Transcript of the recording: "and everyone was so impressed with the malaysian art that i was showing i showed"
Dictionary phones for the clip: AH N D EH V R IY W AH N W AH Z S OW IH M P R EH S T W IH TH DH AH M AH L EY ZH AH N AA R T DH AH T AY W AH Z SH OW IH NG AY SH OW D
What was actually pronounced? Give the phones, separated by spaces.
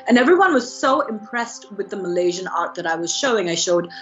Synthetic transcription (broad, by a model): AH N EH V R IY W AH N W AH Z S OW IH M P R EH S T W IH DH AH M AH L EY ZH AH N AA R T DH AH T AY W AH Z SH OW IH NG AY SH OW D